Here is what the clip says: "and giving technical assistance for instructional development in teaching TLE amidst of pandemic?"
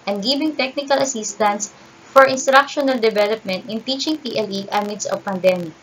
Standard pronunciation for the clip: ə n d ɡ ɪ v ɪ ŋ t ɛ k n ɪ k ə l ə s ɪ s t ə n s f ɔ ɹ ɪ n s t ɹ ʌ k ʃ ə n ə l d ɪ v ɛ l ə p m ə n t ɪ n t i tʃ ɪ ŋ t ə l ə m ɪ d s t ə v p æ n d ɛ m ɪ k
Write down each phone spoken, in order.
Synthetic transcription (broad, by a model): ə n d ɡ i b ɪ ŋ t ɛ k n ɪ k ə l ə s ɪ s t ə n s f ɔ ɹ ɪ n s t ɹ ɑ k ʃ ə n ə l d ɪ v ɛ l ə p m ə n t ɪ n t i tʃ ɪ ŋ t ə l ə m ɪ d s ə v p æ n d ɛ m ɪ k